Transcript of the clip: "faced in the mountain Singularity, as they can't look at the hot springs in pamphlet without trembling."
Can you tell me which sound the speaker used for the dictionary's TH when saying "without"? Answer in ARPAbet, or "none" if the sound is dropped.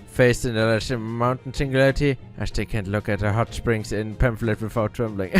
F